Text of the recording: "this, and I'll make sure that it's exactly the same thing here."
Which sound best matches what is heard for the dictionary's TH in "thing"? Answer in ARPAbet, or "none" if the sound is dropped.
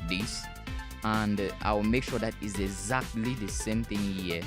TH